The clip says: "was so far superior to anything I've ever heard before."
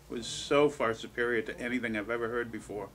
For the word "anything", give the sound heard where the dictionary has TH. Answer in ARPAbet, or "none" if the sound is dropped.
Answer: TH